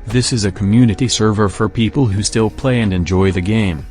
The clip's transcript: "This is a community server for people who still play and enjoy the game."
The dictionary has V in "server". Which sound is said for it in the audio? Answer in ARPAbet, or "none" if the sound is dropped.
V